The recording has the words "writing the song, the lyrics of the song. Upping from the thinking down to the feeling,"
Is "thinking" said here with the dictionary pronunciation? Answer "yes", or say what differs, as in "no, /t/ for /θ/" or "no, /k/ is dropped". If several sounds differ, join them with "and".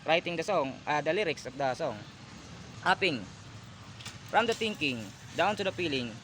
no, /t/ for /θ/